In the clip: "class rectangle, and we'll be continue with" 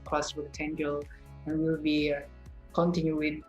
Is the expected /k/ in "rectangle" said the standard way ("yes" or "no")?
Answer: no